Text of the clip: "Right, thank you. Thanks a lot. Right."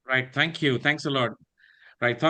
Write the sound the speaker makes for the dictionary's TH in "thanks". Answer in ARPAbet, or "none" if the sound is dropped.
T